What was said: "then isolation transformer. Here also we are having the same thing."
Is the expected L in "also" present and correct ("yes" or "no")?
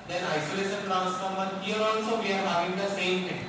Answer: no